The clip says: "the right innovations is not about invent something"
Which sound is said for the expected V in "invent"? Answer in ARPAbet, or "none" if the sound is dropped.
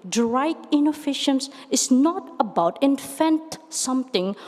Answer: F